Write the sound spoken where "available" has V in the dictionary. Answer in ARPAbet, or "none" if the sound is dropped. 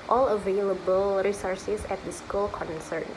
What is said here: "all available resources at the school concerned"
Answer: V